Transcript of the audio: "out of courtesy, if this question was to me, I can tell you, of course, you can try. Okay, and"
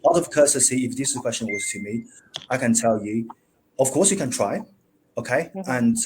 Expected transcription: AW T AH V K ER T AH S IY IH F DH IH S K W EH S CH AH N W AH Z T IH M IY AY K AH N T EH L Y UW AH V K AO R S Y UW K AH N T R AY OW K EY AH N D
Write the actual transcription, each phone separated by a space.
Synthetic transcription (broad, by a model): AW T AH V K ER S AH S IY IH F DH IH S K W EH S CH AH N W AH Z T IH M IY AY K AH N T EH L Y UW AH V K AO R S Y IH K AH N T R AY OW K EY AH N